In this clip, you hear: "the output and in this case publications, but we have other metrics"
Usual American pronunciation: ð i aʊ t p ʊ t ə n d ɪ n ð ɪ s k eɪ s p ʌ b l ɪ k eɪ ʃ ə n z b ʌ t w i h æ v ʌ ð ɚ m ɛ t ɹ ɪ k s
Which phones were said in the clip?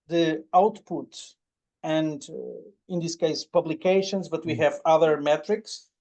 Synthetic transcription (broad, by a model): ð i aʊ t p ʊ t ə n d ɪ n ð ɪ s k eɪ s p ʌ b l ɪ k eɪ ʃ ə n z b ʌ t w i h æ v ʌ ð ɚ m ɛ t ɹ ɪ k s